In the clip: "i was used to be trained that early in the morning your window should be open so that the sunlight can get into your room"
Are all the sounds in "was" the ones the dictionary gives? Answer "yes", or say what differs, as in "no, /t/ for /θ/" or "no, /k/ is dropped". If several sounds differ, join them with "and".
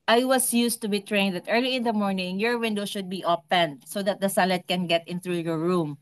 no, /s/ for /z/